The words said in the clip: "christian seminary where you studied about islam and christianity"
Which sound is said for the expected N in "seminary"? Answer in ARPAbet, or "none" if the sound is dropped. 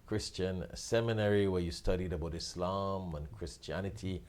N